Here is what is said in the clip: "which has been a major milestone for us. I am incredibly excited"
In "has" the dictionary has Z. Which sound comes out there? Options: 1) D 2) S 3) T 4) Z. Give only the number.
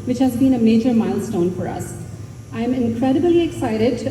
4